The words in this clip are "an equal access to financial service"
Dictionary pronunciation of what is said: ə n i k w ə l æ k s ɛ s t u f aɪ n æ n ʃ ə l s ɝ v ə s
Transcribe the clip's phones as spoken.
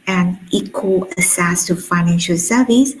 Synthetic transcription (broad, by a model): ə n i k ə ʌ s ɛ s t u f aɪ n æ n ʃ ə l s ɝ v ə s